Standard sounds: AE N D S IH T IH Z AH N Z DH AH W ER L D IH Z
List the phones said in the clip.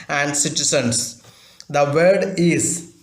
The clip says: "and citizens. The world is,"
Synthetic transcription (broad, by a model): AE N D S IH T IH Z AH N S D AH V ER D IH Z